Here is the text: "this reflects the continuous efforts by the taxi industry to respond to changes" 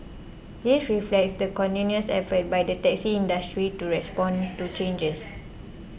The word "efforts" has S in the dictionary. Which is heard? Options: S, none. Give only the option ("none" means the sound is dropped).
none